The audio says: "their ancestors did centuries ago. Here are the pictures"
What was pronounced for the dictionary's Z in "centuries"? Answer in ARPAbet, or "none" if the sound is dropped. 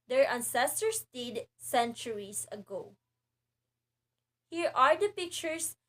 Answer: S